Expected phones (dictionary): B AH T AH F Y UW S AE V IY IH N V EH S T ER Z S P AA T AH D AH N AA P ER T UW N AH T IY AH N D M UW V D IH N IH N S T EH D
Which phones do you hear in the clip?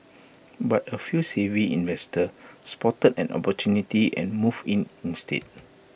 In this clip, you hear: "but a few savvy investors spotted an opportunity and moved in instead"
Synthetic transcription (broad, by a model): B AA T AH F Y UW S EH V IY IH N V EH S T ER S P AA T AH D AH N AA P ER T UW N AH T IY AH N M UW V IH N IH N S T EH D